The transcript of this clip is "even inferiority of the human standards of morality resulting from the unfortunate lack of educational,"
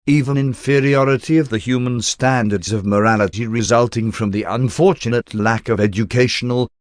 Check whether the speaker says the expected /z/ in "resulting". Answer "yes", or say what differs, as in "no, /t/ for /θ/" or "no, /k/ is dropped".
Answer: yes